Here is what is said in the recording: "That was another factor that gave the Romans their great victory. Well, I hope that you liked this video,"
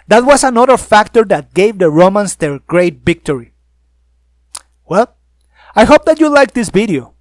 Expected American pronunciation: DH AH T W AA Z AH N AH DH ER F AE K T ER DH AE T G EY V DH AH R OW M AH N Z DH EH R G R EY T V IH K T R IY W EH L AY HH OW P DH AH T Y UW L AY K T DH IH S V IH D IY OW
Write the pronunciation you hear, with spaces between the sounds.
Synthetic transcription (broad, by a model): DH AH T W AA S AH N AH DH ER F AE K T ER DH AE T G EY V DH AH R OW M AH N S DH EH R G R EY T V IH K T R IY W EH L AY HH OW P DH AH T Y UW L AY K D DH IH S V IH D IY OW